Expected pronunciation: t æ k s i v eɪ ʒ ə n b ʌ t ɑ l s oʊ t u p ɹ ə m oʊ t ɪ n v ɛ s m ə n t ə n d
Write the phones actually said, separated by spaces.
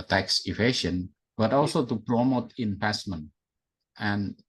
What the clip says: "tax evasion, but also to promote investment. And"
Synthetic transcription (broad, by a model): t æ k s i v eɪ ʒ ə n b ʌ t ɑ l s oʊ t u p ɹ ə m oʊ t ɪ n p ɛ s m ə n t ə n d